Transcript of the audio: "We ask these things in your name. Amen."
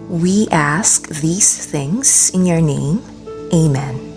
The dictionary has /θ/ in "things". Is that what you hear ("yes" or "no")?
yes